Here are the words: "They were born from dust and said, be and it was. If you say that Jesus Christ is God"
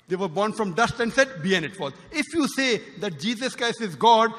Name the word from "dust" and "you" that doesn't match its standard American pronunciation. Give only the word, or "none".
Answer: none